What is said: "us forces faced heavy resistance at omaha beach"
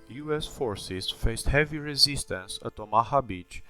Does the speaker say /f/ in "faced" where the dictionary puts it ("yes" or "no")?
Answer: yes